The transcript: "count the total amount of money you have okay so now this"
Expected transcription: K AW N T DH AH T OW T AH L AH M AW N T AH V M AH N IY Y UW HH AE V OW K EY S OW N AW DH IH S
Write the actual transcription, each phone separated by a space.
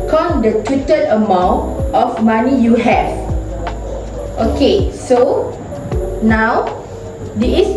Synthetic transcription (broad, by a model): K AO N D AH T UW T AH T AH M AW N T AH F M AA N IY Y UW HH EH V OW K EY S OW N AW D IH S